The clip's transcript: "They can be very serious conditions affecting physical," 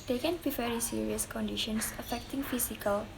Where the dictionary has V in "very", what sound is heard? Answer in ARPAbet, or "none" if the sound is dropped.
F